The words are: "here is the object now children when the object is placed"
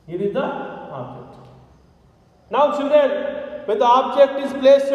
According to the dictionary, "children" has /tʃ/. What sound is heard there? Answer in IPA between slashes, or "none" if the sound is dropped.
/s/